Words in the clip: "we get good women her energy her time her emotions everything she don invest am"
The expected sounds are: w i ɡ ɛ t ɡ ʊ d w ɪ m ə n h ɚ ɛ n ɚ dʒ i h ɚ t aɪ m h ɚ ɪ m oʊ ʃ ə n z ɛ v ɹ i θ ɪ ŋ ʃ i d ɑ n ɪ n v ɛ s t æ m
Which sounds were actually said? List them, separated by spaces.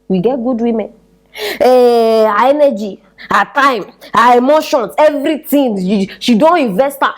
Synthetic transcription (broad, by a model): w i ɡ ɛ t ɡ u d w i m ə n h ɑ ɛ n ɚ dʒ i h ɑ t aɪ m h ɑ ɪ m oʊ ʃ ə n s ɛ v ɹ i t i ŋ ʃ i d ɑ n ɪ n v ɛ s t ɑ